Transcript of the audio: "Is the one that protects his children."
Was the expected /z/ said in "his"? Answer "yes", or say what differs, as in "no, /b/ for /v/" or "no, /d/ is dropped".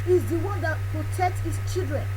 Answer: no, /s/ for /z/